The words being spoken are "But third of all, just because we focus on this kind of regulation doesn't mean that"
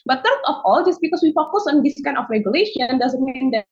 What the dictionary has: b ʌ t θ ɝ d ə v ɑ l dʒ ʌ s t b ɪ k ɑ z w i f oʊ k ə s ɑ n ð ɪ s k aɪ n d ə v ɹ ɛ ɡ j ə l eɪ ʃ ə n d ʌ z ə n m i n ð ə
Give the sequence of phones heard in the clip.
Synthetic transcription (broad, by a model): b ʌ t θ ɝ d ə f ɑ l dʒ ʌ s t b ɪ k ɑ s w i f oʊ k ə s ɑ n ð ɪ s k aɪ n ə f ɹ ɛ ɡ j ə l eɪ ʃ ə n d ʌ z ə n m i n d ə